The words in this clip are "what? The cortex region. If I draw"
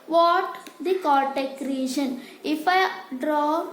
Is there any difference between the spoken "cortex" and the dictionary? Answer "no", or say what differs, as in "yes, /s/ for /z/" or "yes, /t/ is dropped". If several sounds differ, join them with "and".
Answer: yes, /s/ is dropped